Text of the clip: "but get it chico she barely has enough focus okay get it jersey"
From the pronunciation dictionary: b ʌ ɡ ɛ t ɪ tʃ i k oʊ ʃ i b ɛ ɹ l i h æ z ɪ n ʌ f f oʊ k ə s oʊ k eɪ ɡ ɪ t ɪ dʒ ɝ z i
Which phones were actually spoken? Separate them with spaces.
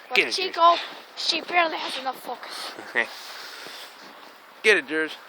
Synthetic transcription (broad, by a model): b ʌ ɪ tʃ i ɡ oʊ ʃ i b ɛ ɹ l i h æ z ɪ n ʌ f f oʊ k ə s oʊ k eɪ ɡ ɪ t ɪ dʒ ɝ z